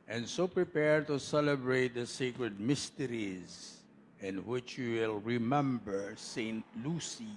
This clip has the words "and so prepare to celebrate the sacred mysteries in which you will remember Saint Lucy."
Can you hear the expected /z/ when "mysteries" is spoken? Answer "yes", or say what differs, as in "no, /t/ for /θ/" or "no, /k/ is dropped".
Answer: yes